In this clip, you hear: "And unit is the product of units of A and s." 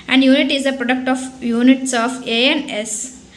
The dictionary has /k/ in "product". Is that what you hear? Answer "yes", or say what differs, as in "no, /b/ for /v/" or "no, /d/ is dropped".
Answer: yes